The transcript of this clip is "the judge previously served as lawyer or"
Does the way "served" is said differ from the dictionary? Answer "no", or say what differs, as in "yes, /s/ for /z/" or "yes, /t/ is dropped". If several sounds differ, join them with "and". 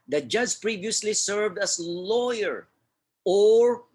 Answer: no